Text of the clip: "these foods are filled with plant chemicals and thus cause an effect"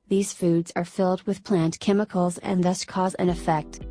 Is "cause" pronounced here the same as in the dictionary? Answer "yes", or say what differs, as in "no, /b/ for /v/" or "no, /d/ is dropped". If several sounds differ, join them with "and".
yes